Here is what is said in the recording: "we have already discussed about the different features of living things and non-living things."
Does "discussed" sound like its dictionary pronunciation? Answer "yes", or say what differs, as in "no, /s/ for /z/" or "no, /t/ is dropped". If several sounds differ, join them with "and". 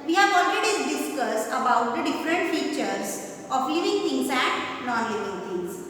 no, /t/ is dropped